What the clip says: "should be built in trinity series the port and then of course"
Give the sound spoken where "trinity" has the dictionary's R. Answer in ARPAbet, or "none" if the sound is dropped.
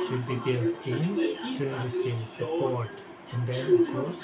none